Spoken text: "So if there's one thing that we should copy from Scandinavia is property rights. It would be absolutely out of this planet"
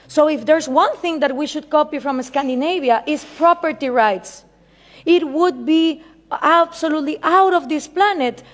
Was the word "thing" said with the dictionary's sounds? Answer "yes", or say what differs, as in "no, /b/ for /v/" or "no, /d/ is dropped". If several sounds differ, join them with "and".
yes